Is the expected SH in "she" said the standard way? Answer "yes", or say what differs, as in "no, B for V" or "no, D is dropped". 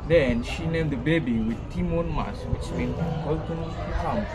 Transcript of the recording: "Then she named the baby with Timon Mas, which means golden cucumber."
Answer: yes